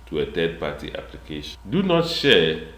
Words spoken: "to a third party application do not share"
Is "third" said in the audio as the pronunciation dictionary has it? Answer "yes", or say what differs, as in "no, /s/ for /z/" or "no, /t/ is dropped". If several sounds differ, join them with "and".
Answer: no, /t/ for /θ/